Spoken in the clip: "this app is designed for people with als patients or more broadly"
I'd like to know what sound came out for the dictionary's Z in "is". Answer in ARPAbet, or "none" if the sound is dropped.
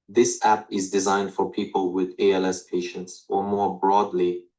Z